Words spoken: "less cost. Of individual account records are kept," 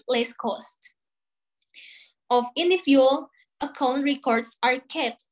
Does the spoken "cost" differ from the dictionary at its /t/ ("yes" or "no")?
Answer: no